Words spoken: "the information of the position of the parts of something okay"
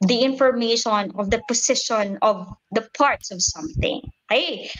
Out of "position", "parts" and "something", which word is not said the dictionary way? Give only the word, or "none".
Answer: position